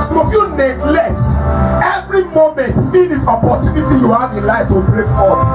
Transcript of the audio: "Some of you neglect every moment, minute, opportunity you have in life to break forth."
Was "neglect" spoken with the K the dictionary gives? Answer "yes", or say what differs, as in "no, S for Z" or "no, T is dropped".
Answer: no, K is dropped